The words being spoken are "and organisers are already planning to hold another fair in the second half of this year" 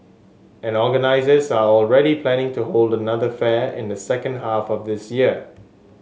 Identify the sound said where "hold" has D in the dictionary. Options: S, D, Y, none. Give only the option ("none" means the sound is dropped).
D